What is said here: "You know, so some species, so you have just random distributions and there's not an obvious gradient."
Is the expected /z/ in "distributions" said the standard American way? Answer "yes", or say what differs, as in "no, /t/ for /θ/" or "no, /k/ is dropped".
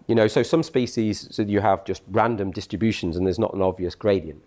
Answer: yes